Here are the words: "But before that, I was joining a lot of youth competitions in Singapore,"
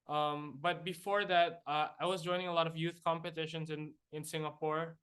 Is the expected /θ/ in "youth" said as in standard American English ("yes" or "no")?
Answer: yes